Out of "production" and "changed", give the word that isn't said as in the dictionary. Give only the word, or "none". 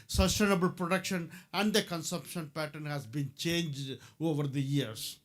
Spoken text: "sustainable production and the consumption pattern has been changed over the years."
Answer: none